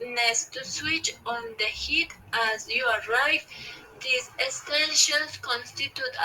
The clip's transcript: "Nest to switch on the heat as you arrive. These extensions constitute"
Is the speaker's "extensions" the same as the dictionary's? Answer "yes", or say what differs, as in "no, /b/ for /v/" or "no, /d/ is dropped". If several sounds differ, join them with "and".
no, /k/ is dropped